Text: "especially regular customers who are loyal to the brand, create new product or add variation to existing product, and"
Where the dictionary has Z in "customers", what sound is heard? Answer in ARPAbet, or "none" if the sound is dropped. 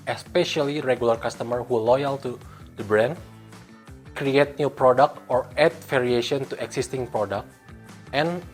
none